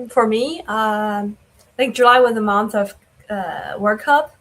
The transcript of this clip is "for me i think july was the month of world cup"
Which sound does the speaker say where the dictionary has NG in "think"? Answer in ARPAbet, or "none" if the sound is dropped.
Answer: none